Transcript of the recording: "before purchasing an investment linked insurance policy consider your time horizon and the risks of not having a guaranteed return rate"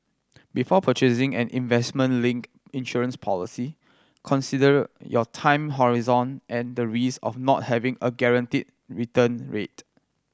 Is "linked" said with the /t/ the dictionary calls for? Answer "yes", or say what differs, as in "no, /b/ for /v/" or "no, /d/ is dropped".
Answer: no, /t/ is dropped